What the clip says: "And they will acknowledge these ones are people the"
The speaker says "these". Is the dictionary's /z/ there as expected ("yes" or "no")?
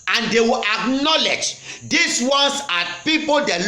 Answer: no